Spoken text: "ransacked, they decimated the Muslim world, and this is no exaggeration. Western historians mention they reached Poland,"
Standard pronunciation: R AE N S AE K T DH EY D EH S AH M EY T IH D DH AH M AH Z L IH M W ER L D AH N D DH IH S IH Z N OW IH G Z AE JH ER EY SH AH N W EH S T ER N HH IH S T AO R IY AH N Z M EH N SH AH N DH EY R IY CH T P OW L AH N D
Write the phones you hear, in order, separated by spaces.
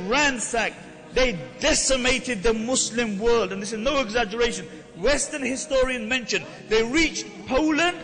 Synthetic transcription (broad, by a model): R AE N S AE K DH EY D EH S AH M EY T IH D DH AH M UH S L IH M W ER L D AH N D DH IH S IH Z N OW IH G Z AE JH ER EY SH AH N W EH S T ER N HH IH S T AO R IY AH N M EH N SH AH N DH EY R IY CH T P OW L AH N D